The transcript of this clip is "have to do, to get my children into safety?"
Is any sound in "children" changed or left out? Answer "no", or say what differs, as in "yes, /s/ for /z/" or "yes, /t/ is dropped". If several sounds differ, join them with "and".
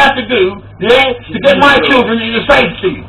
no